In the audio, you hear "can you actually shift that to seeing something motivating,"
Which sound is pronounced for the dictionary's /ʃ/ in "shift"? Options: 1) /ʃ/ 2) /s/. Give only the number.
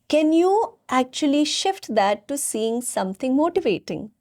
1